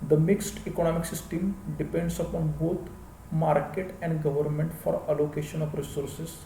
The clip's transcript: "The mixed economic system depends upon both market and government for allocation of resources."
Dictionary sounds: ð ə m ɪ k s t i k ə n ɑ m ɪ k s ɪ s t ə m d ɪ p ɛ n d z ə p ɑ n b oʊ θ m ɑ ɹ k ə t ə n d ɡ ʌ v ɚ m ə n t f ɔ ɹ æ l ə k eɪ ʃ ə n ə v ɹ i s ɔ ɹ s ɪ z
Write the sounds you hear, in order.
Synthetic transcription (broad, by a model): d ə m ɪ k s t i k ə n ɑ m ɪ k s ɪ s t ə m d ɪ p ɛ n d s ə p ɑ n b oʊ t m ɑ ɹ k ə t ə n d ɡ ʌ v ɚ m ə n t f ɔ ɹ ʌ l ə k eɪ ʃ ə n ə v ɹ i s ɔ ɹ s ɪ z